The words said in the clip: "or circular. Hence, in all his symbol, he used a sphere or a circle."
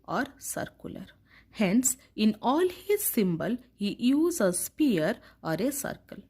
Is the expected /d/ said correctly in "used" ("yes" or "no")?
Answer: no